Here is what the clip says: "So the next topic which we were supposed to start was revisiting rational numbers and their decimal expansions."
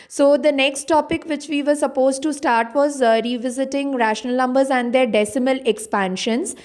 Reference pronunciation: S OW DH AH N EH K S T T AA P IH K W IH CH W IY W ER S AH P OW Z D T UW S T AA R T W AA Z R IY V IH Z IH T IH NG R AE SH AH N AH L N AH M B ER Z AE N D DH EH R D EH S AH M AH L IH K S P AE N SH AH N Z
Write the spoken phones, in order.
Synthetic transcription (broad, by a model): S OW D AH N EH K S T T AA P IH K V IH CH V IY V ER S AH P OW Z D T UW S T AA R T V AA Z R IY V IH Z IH T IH NG R AE SH AH N AH L N AH M B ER Z AE N D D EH R D EH S AH M AH L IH K S P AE N SH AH N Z